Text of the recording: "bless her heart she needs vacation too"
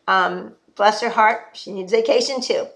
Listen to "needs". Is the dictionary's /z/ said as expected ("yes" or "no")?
yes